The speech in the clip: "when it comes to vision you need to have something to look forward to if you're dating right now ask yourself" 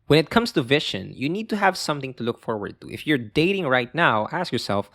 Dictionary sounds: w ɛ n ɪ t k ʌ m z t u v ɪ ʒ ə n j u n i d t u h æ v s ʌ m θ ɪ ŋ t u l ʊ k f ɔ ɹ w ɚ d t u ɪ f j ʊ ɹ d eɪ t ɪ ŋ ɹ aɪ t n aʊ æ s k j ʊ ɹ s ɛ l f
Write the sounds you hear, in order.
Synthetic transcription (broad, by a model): w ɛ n ɪ t k ʌ m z t u v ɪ ʃ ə n j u n i d t u h æ v s ʌ m θ ɪ ŋ t u l ʊ k f ɔ ɹ w ɚ d t u ɪ f j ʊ ɹ d eɪ t ɪ ŋ ɹ aɪ t n aʊ æ s k j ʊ ɹ s ɛ l f